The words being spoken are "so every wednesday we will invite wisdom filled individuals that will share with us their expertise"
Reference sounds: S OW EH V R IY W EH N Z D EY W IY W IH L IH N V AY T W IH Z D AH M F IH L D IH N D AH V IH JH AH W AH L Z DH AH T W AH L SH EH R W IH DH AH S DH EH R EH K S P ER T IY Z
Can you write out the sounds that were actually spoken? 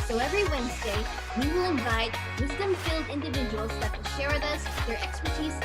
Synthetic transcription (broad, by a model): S OW EH V R IY W EH N Z D EY W IY W IH L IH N V AY T W IH Z D AH M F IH L D IH N D AH V IH JH AH W AH L Z DH AH T W AH L SH EH R W IH DH AH S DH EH R EH K S P ER T IY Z